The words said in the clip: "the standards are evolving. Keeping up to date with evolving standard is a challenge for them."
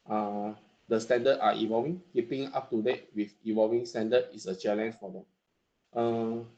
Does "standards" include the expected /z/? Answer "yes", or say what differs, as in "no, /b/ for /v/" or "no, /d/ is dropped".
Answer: no, /z/ is dropped